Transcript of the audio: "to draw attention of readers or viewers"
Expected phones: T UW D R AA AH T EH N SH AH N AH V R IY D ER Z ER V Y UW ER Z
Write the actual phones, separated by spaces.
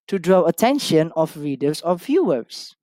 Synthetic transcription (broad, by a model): T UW D R AA AH T EH N SH AH N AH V R IY D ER S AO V Y UW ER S